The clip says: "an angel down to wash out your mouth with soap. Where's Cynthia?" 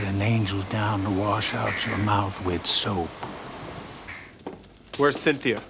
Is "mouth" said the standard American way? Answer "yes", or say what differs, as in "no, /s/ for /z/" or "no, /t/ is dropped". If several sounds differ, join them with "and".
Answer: yes